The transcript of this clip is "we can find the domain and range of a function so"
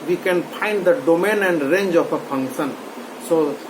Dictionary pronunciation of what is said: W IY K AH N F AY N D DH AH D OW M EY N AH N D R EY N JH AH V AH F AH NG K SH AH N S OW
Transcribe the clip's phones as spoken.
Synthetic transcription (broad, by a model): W IY K AH N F AY N D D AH D OW M EY N AH N D R EY N JH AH P AH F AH NG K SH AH N S OW